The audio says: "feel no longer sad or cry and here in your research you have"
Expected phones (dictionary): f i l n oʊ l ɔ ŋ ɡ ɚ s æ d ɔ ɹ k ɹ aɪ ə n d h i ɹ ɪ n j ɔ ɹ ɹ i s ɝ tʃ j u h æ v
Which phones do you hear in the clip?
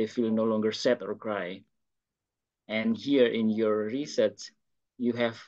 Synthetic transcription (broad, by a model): f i l n oʊ l ɔ ŋ ɡ ɚ s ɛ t ɔ ɹ k ɹ aɪ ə n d h i ɹ ɪ n j ɔ ɹ ɹ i s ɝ s j u h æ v